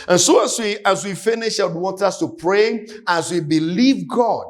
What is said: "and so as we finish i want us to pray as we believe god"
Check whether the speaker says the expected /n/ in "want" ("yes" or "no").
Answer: yes